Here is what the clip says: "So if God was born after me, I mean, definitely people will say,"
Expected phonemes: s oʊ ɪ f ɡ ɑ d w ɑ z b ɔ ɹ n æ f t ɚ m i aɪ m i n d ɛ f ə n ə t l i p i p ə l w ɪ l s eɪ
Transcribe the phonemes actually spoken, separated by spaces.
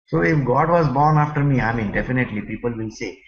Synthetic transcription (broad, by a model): s oʊ ɪ f ɡ ɑ d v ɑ z b ɔ ɹ n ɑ f t ɚ m i aɪ m i n d ɛ f ə n ə t l i p i p ə l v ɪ l s eɪ